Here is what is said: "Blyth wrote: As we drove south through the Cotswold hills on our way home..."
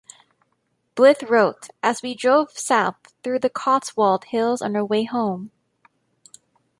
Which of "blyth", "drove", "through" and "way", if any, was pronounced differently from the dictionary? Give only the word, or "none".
none